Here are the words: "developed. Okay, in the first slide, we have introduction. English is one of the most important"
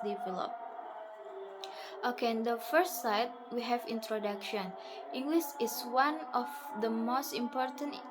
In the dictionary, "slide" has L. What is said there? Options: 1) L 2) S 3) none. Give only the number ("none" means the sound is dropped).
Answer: 3